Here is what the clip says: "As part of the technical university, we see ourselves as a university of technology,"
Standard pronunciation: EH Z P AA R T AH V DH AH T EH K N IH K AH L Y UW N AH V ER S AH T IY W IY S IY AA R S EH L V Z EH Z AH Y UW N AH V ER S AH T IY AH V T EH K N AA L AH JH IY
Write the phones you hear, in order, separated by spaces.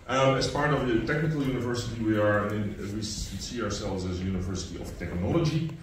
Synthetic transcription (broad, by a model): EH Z P AA R T AH V DH AH T EH K N IH K AH L Y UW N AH V ER S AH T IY W IY S IY AA R S EH L V Z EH Z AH Y UW N AH V ER S AH T IY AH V T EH K N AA L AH JH IY